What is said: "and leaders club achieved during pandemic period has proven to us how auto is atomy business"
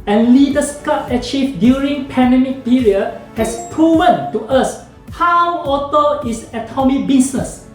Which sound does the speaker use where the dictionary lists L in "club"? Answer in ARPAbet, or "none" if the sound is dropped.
none